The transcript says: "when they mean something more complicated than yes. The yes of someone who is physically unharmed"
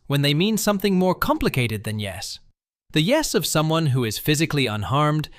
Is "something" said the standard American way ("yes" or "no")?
yes